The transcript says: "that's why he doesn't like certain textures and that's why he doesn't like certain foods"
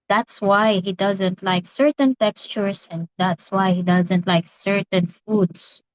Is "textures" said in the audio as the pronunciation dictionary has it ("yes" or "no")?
no